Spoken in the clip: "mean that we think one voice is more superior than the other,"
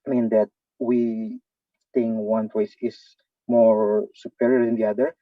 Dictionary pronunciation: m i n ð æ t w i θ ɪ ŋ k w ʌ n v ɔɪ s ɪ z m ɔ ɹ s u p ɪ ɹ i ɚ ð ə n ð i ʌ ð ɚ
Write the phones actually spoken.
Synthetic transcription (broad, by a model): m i n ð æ t w i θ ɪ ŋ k w ʌ n p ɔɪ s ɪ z m ɔ ɹ s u p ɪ ɹ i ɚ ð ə n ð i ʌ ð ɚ